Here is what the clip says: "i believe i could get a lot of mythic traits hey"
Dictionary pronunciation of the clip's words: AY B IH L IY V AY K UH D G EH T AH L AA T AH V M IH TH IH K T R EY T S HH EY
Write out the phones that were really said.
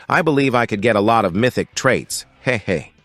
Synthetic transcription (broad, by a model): AY B IH L IY V AY K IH D G EH T AH L AA T AH V M IH TH IH K T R EY T S HH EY